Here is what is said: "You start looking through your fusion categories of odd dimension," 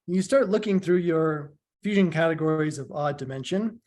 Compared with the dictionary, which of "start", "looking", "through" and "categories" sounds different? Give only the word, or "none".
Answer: none